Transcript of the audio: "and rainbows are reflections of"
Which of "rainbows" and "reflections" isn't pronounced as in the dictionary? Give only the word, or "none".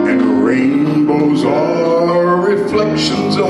none